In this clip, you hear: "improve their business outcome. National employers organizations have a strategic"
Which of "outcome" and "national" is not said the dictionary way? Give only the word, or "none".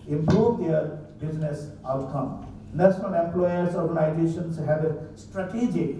national